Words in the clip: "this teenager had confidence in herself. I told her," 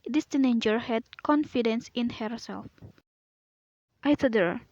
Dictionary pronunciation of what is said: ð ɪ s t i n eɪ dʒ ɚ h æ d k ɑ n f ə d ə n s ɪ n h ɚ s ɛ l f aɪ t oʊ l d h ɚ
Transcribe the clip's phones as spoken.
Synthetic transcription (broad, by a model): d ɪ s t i n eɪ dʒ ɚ h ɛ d k ɑ n f ə d ə n s ɪ n h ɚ s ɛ l f aɪ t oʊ d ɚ